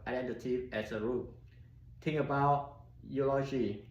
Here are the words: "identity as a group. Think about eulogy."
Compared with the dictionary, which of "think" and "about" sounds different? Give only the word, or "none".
think